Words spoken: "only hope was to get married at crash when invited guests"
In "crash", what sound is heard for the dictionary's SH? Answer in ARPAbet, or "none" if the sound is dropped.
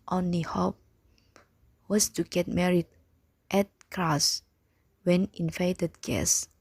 S